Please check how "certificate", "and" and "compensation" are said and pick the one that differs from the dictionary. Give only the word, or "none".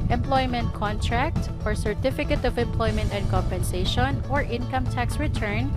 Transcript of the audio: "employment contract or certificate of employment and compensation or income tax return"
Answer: none